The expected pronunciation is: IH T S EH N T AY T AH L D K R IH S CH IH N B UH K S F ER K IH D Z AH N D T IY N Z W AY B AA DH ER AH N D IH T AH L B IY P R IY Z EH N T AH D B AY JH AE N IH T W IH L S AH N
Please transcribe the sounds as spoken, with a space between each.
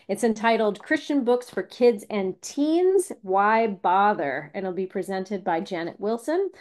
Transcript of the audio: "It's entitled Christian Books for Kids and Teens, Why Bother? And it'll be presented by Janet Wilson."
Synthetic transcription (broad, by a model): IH T S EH N T AY T L D K R IH S CH IH N B UH K S F ER K IH D Z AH N T IY N Z W AY B AA DH ER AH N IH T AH L B IY P R IY Z EH N T AH D B AY JH AE N IH T W IH L S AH N